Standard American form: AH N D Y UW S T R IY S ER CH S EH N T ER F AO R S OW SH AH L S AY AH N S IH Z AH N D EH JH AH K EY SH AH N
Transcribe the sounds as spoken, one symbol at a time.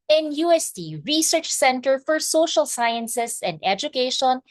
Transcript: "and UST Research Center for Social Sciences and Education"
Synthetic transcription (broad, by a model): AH N Y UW S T R IY S ER CH S EH N T ER F AO R S OW SH AH L S AY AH N S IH S AH N D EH JH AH K EY SH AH N